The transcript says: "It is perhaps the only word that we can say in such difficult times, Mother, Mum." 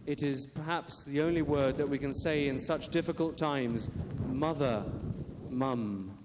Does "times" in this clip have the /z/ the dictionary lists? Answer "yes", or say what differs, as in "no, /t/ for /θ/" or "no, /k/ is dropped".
yes